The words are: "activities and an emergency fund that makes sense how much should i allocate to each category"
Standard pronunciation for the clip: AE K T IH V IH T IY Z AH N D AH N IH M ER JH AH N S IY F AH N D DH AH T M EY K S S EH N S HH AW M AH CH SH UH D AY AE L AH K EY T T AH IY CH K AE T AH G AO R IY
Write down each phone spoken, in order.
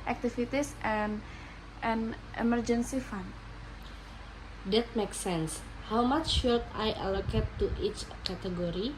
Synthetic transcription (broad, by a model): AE K T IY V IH T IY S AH N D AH N IH M ER JH AH N S IY F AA N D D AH T M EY K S S EH N S HH AW M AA CH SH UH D AY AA L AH K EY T T IY CH K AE T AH G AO R IY